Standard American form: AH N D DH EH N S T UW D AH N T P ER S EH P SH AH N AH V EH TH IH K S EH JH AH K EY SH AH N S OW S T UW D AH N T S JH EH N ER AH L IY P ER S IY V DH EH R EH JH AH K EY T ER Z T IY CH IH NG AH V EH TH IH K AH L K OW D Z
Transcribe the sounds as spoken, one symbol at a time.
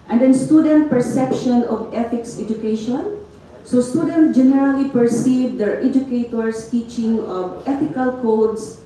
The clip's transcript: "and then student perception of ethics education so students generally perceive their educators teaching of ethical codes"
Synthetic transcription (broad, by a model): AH N D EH N S T UW D AH N T P ER S EH P SH AH N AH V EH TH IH K S EH JH AH K EY SH AH N S OW S T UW D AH N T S JH EH N ER AH L IY P ER S IY V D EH R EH JH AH K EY T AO S T IY CH IH NG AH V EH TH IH K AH L K OW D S